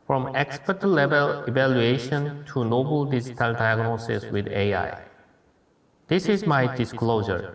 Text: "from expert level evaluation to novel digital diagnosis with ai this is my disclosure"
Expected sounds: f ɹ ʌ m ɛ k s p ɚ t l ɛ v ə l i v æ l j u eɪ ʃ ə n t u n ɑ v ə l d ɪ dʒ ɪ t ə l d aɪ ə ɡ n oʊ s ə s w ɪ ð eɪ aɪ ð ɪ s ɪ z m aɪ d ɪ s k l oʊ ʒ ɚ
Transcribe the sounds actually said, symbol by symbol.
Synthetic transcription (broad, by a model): f ɹ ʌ m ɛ k s p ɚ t l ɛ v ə l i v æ l j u eɪ ʃ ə n t u n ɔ b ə l d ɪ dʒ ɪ t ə l d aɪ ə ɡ n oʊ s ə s w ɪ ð eɪ aɪ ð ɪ s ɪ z m aɪ d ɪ s k l oʊ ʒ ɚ